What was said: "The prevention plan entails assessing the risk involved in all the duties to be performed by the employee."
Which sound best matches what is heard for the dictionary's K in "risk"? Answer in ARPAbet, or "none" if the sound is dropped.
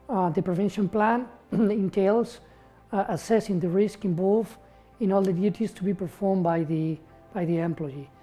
K